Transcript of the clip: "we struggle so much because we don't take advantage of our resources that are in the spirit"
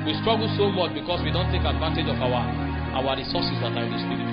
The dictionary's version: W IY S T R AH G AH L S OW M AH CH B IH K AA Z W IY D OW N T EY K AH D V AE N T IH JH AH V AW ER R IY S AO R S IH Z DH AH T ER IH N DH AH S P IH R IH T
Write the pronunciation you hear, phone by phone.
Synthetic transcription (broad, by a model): W IY S T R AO G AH L S OW M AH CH B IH K AA S W IY D OW N T EY K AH D V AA N T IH JH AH W AW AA R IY S AO S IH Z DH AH T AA IH N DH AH S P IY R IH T